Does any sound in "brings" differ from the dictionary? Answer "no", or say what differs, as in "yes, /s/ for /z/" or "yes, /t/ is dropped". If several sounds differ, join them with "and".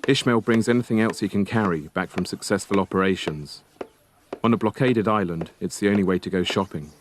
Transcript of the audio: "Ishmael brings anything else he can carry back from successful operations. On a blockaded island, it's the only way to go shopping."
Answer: no